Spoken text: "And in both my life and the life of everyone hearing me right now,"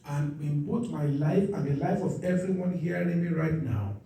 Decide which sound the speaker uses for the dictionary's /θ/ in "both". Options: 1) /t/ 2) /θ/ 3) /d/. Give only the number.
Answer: 1